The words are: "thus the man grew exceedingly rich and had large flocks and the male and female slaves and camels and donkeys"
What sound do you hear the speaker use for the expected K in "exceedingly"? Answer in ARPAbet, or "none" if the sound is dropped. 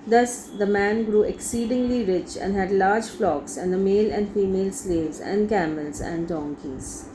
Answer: K